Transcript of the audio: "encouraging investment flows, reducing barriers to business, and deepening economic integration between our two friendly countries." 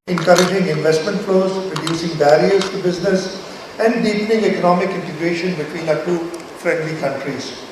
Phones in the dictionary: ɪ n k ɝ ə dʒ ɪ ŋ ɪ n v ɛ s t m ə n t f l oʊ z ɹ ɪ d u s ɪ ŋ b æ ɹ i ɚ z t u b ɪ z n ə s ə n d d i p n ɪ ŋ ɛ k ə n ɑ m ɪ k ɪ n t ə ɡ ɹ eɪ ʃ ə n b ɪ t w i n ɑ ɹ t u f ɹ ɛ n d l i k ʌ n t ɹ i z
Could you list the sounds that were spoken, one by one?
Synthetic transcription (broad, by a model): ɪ n k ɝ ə dʒ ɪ ŋ ɪ n v ɛ s t m ə n t f l oʊ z ɹ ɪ d u s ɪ ŋ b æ ɹ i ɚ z t u b ɪ z n ə s ə n d d i p n ɪ ŋ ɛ k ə n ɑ m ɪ k ɪ n t ə ɡ ɹ eɪ ʃ ə n b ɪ t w i n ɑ t u f ɹ ɛ n d l i k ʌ n t ɹ i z